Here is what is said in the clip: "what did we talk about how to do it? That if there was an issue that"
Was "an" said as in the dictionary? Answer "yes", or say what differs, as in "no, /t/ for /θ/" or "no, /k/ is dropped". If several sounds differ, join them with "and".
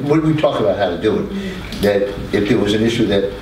yes